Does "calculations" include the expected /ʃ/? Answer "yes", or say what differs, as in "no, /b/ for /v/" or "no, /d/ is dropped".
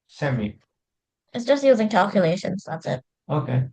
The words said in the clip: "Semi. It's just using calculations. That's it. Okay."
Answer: yes